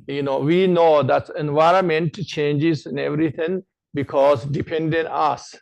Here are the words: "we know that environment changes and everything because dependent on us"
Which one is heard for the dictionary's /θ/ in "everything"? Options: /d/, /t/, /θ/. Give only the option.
/t/